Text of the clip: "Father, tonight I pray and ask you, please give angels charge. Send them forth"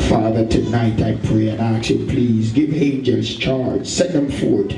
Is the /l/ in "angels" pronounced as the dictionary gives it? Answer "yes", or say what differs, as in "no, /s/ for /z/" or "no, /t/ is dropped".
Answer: no, /l/ is dropped